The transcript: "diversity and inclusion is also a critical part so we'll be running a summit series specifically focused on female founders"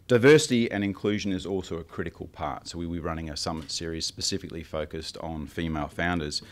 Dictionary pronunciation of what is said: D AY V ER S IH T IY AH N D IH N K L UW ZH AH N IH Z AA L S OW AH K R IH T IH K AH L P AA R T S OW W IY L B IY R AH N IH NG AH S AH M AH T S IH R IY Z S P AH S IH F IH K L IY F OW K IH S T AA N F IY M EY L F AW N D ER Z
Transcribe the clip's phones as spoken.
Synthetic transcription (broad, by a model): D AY V ER S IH T IY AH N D IH N K L UW ZH AH N IH Z AA L S OW AH K R IH T IH K AH L P AA R T S OW W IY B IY R AH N IH NG AH S AH M AH T S IH R IY Z S P AH S IH F IH K L IY F OW K IH S T N F IY M EY L F AW N D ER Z